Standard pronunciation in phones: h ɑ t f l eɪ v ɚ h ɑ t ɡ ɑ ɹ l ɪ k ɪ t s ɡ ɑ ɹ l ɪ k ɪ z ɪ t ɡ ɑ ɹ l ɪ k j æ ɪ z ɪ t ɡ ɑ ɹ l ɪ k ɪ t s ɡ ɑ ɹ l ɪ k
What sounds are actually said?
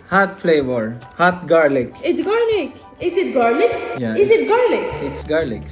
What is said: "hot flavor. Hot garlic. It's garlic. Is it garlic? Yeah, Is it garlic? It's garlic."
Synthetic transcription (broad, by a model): h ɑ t f l eɪ v ɚ h ɑ t ɡ ɑ ɹ l ɪ k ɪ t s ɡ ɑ ɹ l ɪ k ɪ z ɪ t ɡ ɑ ɹ l ɪ k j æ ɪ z ɪ t ɡ ɑ ɹ l ɪ k ɪ t s ɡ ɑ ɹ l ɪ k